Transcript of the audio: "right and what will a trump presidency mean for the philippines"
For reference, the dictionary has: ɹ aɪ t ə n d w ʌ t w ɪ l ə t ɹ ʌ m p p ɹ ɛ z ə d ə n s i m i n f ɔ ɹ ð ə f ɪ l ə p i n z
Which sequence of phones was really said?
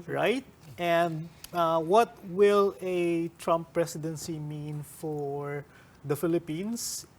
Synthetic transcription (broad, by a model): ɹ aɪ t ə n d w ʌ t w ɪ l ə t ɹ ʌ m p p ɹ ɛ s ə d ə n s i m i n f ɔ ɹ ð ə f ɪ l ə p i n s